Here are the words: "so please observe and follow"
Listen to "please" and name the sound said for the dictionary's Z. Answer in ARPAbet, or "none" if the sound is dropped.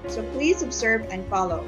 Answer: Z